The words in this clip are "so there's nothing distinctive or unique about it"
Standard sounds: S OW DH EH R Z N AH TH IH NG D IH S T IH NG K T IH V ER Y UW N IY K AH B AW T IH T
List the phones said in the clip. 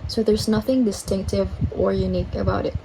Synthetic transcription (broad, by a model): S OW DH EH R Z N AH TH IH NG D IH S T IH NG K T IH V ER Y UW N IY K AH B AW T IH T